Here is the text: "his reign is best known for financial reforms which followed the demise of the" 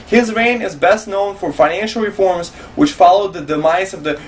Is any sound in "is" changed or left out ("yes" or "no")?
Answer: no